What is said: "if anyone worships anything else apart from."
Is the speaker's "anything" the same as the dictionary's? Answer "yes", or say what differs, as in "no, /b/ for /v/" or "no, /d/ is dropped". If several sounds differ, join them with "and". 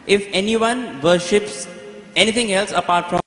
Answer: no, /t/ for /θ/